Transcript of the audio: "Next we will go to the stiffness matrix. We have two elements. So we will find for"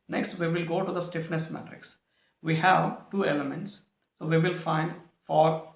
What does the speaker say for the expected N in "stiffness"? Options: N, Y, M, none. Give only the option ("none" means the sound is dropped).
N